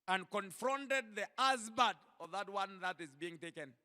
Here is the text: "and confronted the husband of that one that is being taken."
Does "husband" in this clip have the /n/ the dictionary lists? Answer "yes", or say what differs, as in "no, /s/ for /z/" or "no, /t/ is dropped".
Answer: no, /n/ is dropped